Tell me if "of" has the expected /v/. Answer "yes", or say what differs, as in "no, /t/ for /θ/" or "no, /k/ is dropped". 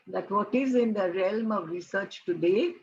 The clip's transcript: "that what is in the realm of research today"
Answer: yes